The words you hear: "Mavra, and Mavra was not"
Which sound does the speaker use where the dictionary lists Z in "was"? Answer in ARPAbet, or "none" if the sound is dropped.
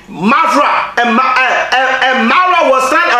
S